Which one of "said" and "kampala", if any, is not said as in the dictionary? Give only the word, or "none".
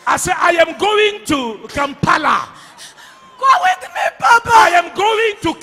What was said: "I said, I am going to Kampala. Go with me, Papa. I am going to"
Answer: said